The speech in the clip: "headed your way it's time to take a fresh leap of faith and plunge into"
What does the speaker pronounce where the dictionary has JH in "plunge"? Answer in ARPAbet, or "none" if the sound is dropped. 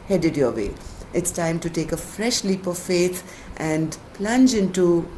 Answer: JH